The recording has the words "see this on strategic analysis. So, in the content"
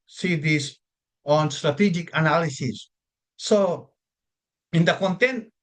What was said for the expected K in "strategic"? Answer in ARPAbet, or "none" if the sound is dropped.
K